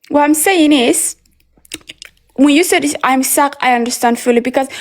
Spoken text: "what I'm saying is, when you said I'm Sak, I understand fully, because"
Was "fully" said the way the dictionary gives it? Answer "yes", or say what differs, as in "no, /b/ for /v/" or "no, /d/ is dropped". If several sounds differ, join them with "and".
yes